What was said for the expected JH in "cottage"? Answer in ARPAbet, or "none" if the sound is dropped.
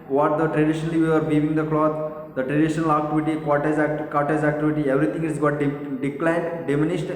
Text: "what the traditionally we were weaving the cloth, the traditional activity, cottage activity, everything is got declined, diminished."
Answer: Z